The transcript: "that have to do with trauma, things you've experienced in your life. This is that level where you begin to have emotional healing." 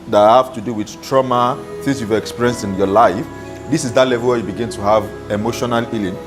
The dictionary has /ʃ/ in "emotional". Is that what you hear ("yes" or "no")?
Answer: yes